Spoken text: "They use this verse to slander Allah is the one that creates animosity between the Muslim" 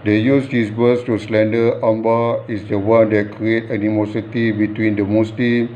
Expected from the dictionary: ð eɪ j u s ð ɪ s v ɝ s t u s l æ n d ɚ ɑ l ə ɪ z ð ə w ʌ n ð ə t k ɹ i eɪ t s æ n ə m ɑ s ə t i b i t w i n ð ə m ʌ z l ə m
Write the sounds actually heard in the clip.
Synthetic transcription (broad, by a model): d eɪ j u s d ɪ s b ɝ s t u s l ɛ n d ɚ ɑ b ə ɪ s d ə w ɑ n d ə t k ɹ i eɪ t æ n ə m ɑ s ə t i b i t w i n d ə m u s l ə m